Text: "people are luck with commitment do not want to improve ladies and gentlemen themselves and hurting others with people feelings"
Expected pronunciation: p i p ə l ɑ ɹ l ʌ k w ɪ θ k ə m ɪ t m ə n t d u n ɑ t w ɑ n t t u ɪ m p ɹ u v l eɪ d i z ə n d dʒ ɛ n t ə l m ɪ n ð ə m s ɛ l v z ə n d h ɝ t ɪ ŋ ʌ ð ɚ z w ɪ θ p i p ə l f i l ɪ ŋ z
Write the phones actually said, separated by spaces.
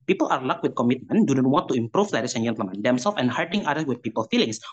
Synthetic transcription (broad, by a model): p i p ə l ɑ ɹ l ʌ k w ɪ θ k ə m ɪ t m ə n d u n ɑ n w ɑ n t t u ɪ m p ɹ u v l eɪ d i s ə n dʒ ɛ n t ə m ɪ n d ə m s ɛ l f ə n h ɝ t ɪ ŋ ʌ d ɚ w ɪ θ p i p ə l f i l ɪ ŋ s